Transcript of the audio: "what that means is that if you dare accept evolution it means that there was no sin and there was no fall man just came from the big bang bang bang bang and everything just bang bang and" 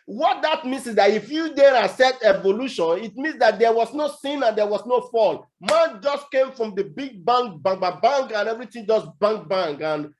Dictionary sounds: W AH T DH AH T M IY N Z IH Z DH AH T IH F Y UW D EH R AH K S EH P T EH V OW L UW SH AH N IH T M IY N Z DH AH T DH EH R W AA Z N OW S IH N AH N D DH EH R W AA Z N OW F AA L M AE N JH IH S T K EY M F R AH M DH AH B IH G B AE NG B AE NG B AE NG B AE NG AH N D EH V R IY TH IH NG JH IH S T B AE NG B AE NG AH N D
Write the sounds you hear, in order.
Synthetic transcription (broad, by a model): W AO T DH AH T M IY N S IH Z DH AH T IH F Y UW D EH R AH S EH T EH V OW L UW SH AH N IH T M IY N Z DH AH T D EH W AA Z N OW S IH N AH N D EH W AA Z N OW F AA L M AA N JH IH S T K EY M F R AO M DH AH B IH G B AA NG B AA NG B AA B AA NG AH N EH V R IY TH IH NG JH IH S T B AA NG B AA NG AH N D